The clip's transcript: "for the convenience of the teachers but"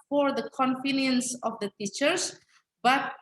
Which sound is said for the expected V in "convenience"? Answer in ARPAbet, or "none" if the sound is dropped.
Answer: F